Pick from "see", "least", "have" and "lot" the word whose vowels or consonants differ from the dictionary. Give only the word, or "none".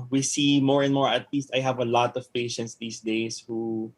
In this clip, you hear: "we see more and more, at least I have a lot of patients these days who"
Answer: none